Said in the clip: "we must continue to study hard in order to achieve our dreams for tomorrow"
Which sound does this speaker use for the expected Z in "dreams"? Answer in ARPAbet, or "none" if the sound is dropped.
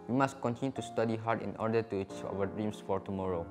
S